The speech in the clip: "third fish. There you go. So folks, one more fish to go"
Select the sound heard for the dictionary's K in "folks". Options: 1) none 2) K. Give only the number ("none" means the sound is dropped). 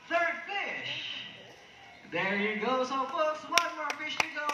1